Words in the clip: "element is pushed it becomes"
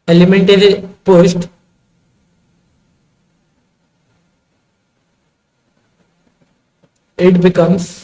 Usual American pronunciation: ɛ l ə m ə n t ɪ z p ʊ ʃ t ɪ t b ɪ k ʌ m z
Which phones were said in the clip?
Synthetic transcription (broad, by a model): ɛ l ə m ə n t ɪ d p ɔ s t ɪ t b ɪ k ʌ m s